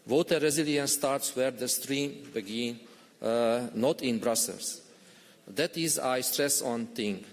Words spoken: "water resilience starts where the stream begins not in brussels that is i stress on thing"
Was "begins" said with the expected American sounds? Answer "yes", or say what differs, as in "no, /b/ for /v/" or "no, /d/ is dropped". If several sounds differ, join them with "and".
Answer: no, /z/ is dropped